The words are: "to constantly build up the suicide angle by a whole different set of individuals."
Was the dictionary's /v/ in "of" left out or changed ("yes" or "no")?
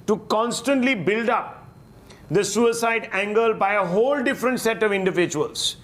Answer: no